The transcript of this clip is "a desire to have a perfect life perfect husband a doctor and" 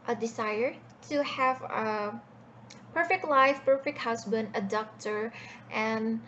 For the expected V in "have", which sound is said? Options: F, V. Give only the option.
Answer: V